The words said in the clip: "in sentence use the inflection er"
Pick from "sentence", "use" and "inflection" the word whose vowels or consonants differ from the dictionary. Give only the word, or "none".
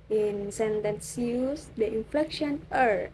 none